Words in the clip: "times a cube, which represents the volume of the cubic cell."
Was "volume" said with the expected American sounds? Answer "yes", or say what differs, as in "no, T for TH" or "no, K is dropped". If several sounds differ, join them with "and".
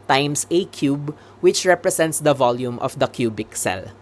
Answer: yes